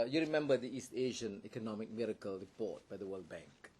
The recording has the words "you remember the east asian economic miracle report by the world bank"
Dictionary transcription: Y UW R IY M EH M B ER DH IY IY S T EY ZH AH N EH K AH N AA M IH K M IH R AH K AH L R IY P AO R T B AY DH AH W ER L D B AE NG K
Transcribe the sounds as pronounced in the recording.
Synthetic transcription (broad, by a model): Y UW R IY M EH M B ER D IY IY S T EY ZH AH N EH K AH N AA M IH K M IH R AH K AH L R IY P AO T B AY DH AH W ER L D B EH NG K